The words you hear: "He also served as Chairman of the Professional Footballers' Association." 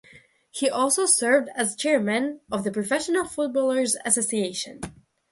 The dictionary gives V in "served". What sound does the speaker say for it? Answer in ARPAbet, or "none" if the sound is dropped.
V